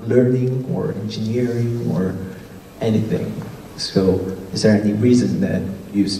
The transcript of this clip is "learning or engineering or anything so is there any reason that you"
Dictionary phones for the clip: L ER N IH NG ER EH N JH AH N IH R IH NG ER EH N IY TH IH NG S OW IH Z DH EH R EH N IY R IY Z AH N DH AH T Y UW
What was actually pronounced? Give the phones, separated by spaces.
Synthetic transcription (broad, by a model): L ER N IH NG ER EH N JH AH N IH R IH NG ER EH N IY TH IH NG S OW IH Z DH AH R EH N IY R IY Z AH N DH AH T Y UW